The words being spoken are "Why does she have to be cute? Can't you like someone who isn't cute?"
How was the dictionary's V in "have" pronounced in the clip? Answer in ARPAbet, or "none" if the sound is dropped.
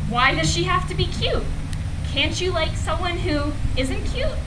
F